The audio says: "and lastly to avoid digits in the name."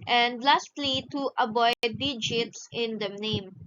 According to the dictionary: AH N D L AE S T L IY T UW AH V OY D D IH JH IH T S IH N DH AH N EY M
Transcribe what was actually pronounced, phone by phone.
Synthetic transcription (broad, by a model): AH N D L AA S T L IY T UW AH B OY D D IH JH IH T S IH N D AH N EY M